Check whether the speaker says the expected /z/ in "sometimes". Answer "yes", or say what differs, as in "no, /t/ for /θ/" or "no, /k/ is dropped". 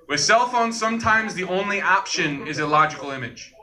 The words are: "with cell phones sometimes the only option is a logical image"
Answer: yes